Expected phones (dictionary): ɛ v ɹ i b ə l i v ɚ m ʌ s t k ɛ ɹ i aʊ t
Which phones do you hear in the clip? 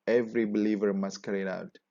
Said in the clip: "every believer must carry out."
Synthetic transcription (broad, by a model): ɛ v ɹ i b ə l i v ɚ m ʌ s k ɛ ɹ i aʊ t